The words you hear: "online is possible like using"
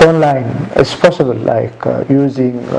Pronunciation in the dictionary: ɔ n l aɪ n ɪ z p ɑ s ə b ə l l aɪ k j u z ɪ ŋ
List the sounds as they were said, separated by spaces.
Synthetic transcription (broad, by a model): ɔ n l aɪ n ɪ s p ɑ s ə b ə l l aɪ k j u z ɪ ŋ